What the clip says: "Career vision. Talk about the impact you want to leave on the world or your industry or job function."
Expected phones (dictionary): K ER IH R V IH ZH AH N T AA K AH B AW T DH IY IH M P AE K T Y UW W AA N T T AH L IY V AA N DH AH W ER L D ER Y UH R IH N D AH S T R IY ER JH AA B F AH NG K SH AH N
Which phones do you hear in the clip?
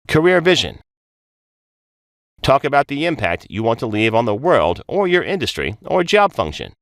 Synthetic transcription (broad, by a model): K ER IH R V IH ZH AH N T AA K AH B AW T DH IY IH M P AE K T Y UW W AA N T T AH L IY V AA N DH AH W ER L D ER Y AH R IH N D AH S T R IY ER JH AA B F AH NG K SH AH N